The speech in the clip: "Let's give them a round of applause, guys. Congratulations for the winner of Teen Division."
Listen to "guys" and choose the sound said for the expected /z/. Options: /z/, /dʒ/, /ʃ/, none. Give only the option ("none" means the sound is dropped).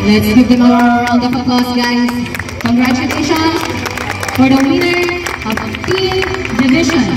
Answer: none